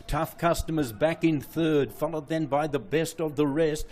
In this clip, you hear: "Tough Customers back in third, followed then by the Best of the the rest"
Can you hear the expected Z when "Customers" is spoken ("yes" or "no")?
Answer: yes